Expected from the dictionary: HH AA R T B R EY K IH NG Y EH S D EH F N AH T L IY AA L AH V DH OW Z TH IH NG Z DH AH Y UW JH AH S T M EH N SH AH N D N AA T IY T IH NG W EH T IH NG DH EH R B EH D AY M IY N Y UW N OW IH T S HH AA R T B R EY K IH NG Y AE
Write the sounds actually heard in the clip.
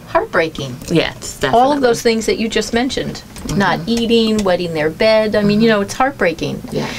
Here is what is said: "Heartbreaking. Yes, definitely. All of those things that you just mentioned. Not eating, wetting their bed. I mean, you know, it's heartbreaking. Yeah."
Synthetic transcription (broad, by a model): HH AA R T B R EY K IH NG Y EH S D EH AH L L AH V DH OW Z TH IH NG Z DH AH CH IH JH AH S T M EH N SH AH N D N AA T IY T IH NG W EH T IH NG DH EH R B EH D AY M IY N Y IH N OW IH T S HH AA R T B R EY K IH NG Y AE